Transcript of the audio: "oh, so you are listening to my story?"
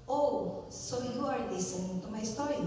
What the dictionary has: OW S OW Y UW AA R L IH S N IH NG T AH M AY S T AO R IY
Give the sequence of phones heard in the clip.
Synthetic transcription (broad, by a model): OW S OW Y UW AA R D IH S IH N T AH M AY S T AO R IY